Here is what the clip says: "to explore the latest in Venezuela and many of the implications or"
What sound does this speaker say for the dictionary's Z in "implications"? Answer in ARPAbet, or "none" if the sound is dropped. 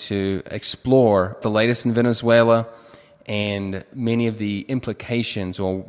Z